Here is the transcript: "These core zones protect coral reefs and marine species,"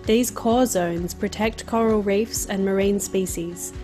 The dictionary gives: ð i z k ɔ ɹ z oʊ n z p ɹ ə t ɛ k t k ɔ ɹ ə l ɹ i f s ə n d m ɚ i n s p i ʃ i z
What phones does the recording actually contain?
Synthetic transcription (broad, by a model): ð i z k ɔ z oʊ n z p ɹ ə t ɛ k t k ɔ ɹ ə l ɹ i f s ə n m ɚ i n s p i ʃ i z